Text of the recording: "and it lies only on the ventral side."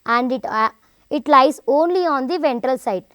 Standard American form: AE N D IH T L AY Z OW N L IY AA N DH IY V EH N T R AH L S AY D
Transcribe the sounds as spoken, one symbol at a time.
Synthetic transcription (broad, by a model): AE N D IH T L AY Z OW N L IY AA N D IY V EH N T R AH L S AY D